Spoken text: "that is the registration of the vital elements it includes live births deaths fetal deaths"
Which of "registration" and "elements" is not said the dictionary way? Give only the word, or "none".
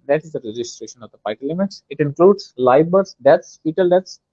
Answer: elements